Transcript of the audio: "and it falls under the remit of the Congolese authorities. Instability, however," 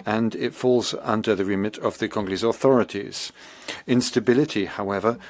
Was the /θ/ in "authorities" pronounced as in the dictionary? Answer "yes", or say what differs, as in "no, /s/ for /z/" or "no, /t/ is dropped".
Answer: yes